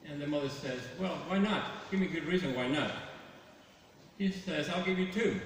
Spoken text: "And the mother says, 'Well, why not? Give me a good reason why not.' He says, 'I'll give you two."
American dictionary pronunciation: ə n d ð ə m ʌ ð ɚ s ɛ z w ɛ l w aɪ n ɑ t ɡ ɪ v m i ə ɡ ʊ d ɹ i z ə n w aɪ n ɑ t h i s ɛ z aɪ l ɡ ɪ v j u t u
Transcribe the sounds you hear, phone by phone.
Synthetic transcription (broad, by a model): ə n ð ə m ʌ ð ɚ s ɛ z w ɛ l w aɪ n ɑ t ɡ ɪ v m i ə ɡ ʊ d ɹ i z ə n w aɪ n ɑ t h i s ɛ z aɪ l ɡ ɪ v j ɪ t u